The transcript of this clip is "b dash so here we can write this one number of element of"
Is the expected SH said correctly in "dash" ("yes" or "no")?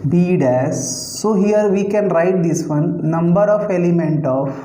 no